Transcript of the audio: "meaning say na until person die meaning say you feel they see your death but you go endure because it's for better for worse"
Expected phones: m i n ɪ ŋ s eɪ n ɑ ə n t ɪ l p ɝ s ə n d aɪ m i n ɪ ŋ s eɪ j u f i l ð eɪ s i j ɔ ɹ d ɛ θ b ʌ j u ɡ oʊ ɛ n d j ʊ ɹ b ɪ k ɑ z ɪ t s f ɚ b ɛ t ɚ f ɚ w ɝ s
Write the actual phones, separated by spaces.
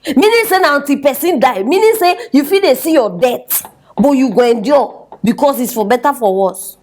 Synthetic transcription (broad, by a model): m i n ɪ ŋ s eɪ n ɑ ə n t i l p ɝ s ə n d aɪ m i n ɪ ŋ s eɪ j u f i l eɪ s i j ɔ d ɛ t b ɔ j u ɡ oʊ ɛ n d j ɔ b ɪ k ɑ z ɪ t s f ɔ b ɛ t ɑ f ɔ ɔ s